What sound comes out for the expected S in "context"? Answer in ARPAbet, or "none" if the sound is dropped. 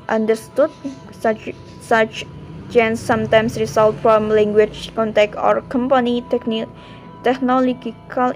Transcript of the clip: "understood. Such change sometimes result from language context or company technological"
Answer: none